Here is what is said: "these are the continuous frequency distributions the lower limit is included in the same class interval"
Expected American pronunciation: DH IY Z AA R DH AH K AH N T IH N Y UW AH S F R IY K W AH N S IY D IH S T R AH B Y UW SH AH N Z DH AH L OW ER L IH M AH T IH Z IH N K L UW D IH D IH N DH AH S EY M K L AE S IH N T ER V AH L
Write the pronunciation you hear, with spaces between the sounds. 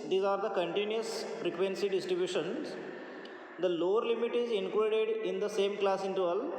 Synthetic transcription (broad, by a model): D IY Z AA R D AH K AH N T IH N Y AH S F R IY K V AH N S IY D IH S T R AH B Y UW SH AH N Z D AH L OW ER L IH M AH T IH Z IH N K UW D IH D IH N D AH S EY M K L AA S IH N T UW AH L